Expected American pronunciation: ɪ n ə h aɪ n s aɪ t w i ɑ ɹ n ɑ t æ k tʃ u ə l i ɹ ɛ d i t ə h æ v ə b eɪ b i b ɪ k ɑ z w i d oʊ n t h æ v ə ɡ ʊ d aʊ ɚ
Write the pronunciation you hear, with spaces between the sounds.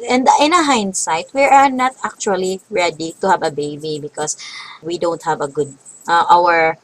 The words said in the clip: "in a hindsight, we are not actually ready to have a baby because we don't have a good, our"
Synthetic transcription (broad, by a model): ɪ n ə h aɪ n s aɪ t w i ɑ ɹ n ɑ t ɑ k tʃ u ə l i ɹ ɛ d i t ə h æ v ə b eɪ b i b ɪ k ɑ s w i d oʊ n t h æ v ə ɡ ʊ d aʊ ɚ